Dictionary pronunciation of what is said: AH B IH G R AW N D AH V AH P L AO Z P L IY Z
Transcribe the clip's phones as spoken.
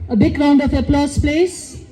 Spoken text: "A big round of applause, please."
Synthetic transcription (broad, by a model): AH B IH G R AW N D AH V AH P L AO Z P L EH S